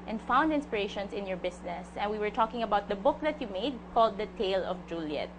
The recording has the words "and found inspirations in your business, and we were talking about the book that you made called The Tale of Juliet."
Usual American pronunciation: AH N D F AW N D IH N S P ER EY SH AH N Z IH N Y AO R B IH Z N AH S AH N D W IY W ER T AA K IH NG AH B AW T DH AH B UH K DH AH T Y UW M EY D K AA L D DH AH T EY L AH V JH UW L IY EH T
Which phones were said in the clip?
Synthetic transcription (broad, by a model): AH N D F AW N D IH N S P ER EY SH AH N S IH N Y AO R B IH S N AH S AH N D W IY W ER T AA K IH NG AH B AW T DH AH B UH K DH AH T Y UW M EY D K AA L D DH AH T EY L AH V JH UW L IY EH T